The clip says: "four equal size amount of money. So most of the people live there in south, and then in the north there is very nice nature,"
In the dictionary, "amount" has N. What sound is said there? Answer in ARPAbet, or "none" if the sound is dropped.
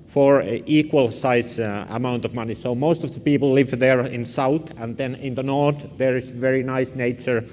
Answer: N